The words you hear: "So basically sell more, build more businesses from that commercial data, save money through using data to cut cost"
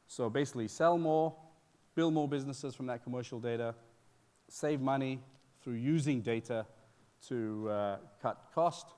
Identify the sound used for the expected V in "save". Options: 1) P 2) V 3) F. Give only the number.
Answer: 2